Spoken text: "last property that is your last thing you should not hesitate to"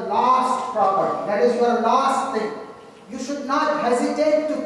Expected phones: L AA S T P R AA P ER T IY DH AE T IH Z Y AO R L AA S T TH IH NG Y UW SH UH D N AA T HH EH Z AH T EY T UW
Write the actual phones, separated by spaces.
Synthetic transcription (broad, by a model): L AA S T P R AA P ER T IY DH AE T IH Z Y AO R L AA S T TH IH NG Y UW SH UH D N AA T HH EH Z AH T EY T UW